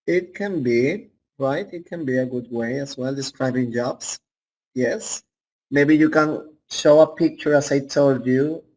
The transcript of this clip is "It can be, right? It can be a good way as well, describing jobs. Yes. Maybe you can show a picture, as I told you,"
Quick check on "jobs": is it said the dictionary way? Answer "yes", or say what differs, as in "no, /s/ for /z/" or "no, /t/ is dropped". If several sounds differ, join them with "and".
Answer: no, /s/ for /z/